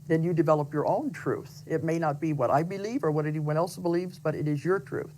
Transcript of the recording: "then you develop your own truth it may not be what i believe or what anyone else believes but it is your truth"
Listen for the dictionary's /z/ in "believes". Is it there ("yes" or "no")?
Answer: yes